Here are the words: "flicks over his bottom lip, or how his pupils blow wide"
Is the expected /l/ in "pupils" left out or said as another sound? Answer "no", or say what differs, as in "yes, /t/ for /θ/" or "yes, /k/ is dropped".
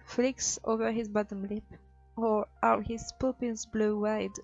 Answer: yes, /n/ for /l/